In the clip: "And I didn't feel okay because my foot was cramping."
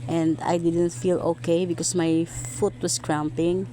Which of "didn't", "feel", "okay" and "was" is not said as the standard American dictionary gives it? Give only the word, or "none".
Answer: was